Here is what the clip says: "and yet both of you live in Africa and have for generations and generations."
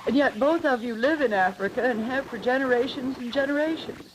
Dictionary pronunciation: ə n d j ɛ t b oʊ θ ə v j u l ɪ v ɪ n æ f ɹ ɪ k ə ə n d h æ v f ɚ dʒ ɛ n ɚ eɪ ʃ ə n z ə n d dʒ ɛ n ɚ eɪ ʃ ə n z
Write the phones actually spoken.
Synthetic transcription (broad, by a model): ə n j ɛ t b oʊ θ ə v j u l ɪ v ɪ n æ f ɹ ɪ k ə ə n h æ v f ɚ dʒ ɛ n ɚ eɪ ʃ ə n z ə n dʒ ɛ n ɚ eɪ ʃ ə n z